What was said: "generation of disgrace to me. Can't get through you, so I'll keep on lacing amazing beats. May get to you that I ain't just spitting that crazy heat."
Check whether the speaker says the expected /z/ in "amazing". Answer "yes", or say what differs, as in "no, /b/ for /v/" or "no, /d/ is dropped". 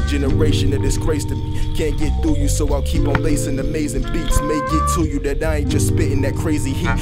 yes